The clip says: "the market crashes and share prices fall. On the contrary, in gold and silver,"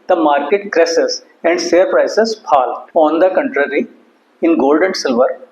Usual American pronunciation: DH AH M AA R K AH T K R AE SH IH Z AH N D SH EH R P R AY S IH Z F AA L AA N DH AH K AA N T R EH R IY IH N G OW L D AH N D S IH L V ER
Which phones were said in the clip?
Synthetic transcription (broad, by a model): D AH M AA R K AH T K R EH S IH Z AH N D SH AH R P R AY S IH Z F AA L AA N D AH K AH N T R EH R IY IH N G OW L D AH N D S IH L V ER